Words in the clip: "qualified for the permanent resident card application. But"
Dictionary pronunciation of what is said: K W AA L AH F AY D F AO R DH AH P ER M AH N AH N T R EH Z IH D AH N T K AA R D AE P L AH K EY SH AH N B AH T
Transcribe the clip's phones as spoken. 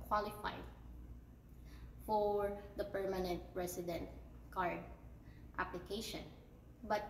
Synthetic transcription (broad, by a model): K W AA L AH F AY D F AO R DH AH P ER M AH N AH N T R EH S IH D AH N T K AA R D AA P L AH K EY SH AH N B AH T